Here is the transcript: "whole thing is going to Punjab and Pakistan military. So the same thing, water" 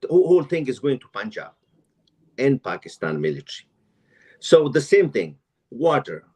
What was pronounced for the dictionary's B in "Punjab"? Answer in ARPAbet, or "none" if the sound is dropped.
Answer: none